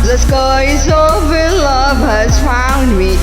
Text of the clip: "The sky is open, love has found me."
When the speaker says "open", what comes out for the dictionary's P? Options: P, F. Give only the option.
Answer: F